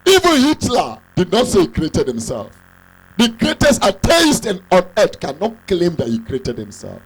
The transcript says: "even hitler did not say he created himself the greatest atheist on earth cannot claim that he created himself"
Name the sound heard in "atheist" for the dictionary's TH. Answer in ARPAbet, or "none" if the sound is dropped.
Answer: S